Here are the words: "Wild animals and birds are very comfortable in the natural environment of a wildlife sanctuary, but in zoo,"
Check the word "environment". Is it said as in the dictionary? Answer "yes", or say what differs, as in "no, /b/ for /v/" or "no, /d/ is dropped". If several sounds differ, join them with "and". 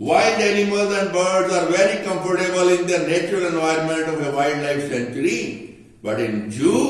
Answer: yes